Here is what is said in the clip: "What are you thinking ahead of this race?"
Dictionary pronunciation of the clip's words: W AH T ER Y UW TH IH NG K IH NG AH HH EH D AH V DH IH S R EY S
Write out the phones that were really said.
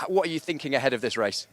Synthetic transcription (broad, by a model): W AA T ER Y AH TH IH NG K IH NG AH HH EH D AH V DH IH S R EY S